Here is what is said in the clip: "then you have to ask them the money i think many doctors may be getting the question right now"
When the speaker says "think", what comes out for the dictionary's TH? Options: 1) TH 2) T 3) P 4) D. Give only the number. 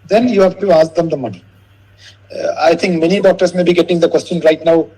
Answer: 2